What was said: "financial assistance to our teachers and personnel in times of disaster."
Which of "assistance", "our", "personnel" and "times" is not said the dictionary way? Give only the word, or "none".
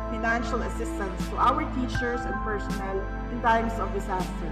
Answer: times